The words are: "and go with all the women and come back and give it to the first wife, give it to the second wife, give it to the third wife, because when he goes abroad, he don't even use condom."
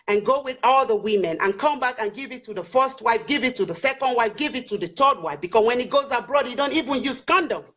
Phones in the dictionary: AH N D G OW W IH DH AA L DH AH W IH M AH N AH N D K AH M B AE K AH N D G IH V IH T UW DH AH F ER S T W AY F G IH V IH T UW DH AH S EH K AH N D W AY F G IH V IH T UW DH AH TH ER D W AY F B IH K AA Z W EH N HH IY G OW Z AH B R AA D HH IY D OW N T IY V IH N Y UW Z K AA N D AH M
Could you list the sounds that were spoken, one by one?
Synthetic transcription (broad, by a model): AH N G OW W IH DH AA L DH AH W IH M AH N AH N K AH M B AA K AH N G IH V IH T UW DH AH F ER S T W AY F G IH V IH T UW DH AH S EH K AH N D W AY F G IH V IH T UW DH AH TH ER D W AY F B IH K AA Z W EH N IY G OW Z AH B R AA D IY D OW N T IY V IH N Y UW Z K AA N D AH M